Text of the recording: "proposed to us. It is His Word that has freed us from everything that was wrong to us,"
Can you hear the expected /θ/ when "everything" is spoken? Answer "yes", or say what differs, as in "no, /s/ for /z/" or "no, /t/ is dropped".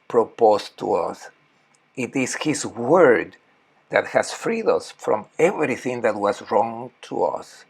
yes